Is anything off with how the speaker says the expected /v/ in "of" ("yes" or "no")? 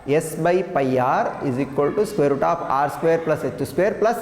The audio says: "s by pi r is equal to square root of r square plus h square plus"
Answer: yes